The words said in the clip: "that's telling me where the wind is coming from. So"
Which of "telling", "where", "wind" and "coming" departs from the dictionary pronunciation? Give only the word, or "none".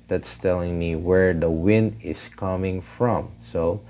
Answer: none